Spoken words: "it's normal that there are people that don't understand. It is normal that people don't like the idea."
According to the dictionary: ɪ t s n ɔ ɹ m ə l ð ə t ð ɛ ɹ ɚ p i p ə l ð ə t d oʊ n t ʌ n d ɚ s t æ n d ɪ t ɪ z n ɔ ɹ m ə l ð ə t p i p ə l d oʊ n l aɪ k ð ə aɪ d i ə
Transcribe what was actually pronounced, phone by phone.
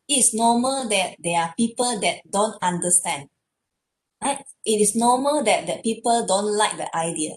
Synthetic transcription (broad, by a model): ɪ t s n ɔ m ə l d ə t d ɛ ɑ p i p ə l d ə t d oʊ n t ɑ n d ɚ s t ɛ n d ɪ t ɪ s n ɔ m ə l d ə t p i p ə l d oʊ n l aɪ k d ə aɪ d i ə